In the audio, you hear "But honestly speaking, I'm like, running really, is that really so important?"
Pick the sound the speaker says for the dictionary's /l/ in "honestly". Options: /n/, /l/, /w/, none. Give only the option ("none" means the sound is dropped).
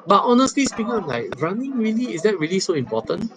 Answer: /l/